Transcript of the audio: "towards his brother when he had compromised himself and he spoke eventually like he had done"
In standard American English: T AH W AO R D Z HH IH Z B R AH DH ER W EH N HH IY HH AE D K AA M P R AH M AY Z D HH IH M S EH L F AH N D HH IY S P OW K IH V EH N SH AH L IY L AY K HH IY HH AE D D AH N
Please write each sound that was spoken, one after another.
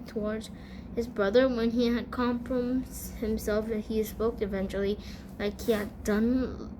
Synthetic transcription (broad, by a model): T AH W AO R D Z HH IH Z B R AH DH ER W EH N IY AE D K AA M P R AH M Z HH IH M S EH L F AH HH IY S P OW K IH V EH N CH L IY L AY K HH IY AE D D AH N